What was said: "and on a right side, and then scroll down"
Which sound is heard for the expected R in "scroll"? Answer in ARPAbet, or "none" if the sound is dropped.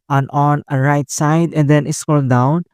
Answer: none